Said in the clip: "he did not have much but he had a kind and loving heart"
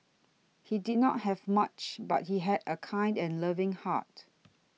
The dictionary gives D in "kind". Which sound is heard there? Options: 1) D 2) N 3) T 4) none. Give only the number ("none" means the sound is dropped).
1